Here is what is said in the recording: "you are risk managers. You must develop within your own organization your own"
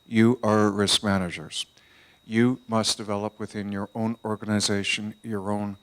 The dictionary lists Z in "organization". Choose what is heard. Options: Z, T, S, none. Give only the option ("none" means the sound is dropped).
Z